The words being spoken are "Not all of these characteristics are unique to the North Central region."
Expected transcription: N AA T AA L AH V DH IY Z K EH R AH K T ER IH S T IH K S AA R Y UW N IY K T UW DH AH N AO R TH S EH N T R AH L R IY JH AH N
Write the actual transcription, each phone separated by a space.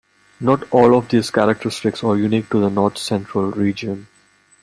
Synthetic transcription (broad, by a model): N AA T AA L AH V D IY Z K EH R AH K T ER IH S T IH K S AA R Y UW N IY K T UW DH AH N AO R T S EH N T R AH L R IY JH AH N